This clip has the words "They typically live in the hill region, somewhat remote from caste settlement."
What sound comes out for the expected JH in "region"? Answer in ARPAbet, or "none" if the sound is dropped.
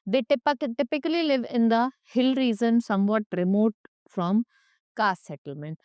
Z